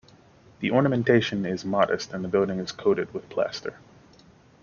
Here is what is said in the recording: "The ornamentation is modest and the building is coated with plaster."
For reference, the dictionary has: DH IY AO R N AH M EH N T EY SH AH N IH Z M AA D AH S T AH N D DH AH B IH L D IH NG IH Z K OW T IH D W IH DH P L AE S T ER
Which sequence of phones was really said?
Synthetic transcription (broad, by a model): DH IY AO R N AH M EH N T EY SH AH N IH Z M AA D AH S T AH N DH AH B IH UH D IH NG IH Z K OW T IH D W IH DH P L AE S T ER